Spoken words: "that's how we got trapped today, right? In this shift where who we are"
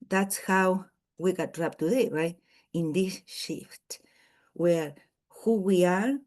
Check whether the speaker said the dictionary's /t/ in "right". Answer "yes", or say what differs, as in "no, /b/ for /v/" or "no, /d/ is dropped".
no, /t/ is dropped